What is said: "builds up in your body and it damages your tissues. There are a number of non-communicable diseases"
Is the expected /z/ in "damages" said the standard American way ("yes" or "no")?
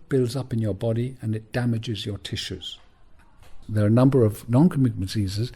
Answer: yes